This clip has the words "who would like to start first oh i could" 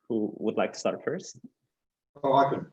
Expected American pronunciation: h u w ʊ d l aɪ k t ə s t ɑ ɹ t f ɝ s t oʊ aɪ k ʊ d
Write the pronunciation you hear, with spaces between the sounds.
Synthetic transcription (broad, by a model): h u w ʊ d l aɪ k t ə s t ɑ ɹ t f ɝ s oʊ aɪ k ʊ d